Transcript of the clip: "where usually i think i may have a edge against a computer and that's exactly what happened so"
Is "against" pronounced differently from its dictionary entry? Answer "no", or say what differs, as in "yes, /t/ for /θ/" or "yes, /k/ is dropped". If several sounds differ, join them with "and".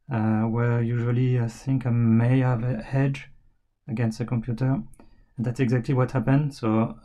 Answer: no